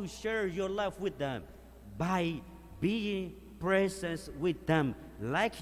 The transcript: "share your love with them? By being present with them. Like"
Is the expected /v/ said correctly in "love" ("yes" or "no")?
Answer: no